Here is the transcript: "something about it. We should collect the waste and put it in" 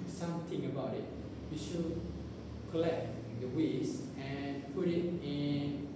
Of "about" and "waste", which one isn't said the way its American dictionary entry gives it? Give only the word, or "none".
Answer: waste